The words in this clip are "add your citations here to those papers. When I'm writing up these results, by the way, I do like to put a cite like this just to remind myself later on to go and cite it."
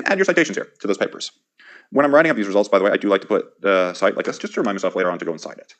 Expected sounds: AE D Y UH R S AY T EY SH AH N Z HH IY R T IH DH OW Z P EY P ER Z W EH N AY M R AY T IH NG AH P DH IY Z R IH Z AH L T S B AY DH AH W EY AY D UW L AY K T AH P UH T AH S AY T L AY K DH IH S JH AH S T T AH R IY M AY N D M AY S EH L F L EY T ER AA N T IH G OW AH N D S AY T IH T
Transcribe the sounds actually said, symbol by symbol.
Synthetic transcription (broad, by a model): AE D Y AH R S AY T EY SH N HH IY R T IH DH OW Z P EY P ER Z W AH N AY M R AY T IH NG AH P DH IY Z R IH Z AH L T S B AY DH AH W EY AY D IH L AY K T AH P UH T AH S AY T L AY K DH IH S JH AH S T T AH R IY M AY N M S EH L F L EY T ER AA N T IH G OW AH N S AY T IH T